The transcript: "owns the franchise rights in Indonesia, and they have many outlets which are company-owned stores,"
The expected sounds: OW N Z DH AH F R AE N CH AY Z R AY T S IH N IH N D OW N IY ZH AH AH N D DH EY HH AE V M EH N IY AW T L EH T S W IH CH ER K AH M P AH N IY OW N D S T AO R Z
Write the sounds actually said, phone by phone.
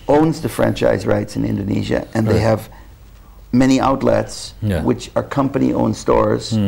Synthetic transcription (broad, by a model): OW N Z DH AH F R AE N CH AY Z R AY T S IH N IH N D OW N IY ZH AH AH N DH EY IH V M EH N IY AW T L EH T S W IH CH ER K AH M P AH N IY OW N S T AO R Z